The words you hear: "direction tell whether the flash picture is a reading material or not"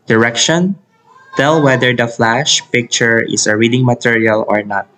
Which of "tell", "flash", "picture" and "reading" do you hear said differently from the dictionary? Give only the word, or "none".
none